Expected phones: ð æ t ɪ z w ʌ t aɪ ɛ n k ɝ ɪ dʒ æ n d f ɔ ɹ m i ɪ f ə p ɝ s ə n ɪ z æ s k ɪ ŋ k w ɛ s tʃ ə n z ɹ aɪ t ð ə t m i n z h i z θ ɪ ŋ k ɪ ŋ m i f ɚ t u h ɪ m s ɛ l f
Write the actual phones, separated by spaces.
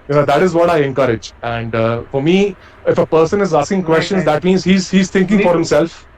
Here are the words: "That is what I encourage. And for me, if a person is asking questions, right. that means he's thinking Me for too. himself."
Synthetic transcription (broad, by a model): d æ t ɪ z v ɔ t aɪ ɛ n k ɝ ɪ dʒ æ n d f ɔ ɹ m i ɪ f ə p ɝ s ə n ɪ z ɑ s k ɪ ŋ k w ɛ s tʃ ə n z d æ t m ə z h i z h i z t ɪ ŋ k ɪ ŋ f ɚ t h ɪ m s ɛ l f